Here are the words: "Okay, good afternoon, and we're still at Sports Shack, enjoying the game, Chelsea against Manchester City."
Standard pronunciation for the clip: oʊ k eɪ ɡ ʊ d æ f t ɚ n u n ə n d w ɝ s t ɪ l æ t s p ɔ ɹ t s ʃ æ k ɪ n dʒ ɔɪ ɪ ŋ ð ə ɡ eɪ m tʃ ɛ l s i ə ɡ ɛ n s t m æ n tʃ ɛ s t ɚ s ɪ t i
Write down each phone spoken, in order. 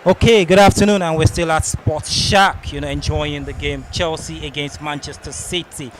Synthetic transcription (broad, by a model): oʊ k eɪ ɡ ʊ d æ f t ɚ n u n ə n w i s t ɪ l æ t s p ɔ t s ʃ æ k ɪ n dʒ ɔɪ ɪ ŋ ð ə ɡ eɪ m tʃ ɛ l s i ə ɡ ɛ n s t m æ n tʃ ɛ s t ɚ s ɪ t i